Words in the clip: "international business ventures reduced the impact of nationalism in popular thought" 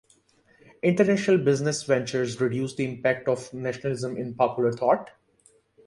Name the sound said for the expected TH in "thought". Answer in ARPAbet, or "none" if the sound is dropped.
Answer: T